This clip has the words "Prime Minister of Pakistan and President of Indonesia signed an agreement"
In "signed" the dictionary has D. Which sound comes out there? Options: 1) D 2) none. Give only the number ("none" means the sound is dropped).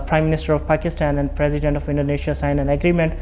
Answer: 2